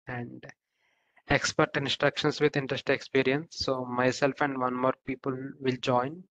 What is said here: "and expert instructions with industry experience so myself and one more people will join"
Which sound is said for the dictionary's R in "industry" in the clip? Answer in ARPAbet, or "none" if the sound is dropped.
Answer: none